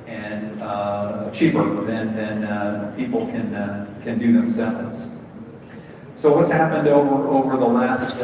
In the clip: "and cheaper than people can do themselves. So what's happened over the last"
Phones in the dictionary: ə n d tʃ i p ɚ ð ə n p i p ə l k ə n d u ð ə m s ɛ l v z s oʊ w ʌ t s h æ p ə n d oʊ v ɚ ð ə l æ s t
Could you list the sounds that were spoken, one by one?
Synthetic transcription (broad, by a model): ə n tʃ i p ɚ ð ə n p i p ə n k ə n d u ð ə m s ɛ l v z s oʊ w ʌ t s h æ p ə n d oʊ v ɚ ð ə l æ s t